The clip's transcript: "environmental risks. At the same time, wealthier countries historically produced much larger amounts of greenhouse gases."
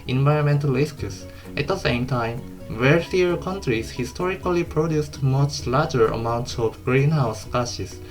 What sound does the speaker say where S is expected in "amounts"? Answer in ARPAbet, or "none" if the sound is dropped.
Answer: S